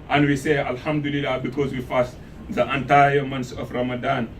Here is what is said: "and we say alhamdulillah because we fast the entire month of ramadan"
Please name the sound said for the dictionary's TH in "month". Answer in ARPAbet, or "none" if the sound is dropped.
S